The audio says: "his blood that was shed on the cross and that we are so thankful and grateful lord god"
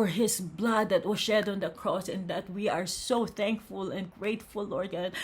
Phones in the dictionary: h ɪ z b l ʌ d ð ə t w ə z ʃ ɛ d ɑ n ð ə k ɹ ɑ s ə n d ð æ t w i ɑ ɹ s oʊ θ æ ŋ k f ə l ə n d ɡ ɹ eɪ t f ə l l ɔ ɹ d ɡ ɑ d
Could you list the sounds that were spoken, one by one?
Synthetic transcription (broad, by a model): h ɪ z b l ʌ d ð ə t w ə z ʃ ɛ d ɑ n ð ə k ɹ ɑ s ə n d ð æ t w i ɑ ɹ s oʊ θ æ ŋ k f ə l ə n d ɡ ɹ eɪ t f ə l l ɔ ɹ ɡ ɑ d